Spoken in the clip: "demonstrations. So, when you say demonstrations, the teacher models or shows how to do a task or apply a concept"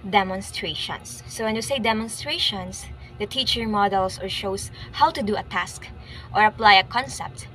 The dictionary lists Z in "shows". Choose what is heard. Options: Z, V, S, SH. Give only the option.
S